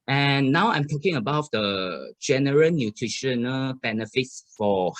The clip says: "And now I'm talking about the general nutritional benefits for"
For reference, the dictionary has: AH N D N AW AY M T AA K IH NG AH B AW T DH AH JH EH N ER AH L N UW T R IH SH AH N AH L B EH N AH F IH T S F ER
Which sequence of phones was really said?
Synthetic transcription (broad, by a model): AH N N AW AY M T AA K IH NG AH B AW T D AH JH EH N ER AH N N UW T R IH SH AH N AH L B EH N AH F IH T S F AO